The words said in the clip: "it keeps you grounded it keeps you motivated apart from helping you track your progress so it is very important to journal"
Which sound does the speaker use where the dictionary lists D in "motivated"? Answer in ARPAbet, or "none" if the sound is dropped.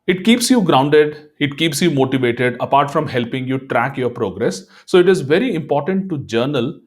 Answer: D